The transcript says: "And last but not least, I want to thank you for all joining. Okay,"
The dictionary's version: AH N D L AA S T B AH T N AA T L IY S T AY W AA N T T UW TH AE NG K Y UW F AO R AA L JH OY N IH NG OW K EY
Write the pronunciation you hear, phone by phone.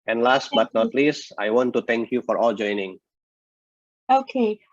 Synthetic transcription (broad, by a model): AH N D L AA S T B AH T N AA T L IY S AY W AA N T T UW T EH NG K Y UW F AO R AA L JH OY N IH NG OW K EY